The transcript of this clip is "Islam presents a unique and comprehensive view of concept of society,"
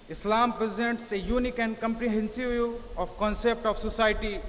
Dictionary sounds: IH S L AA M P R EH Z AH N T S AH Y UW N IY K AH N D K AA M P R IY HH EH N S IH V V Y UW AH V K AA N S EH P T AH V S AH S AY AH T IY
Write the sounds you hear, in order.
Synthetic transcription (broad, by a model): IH S L AA M P R EH Z AH N T S AH Y UW N IY K AH N D K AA M P R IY HH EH N S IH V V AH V K AA N S EH P T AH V S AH S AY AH T IY